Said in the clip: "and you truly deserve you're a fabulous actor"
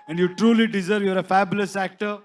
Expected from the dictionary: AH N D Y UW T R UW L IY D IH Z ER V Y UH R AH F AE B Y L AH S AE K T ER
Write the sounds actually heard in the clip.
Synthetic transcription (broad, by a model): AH N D Y UW T R UW L IY D IH Z ER V Y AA R AH F AE B Y L AH S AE K T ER